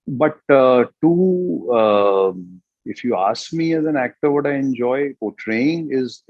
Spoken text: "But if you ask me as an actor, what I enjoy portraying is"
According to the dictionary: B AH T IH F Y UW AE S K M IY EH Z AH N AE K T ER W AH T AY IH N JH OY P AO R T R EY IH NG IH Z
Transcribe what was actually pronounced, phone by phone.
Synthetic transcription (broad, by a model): B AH T IH F Y UW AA S K M IY EH Z AH N AE K T ER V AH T AY IH N JH OY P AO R T R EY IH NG IH Z